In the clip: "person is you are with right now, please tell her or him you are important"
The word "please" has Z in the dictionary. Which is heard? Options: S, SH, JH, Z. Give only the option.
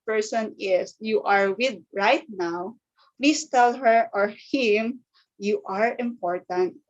S